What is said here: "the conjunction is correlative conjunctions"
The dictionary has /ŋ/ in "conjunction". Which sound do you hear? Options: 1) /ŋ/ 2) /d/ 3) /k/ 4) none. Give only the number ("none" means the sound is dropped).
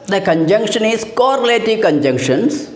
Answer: 1